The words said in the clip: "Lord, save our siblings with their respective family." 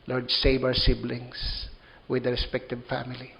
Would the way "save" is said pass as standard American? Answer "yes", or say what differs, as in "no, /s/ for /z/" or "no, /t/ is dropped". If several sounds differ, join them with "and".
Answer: no, /b/ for /v/